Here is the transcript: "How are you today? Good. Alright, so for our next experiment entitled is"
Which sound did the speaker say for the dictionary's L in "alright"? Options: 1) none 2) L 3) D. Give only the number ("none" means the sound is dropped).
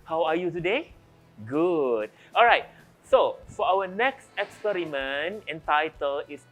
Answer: 2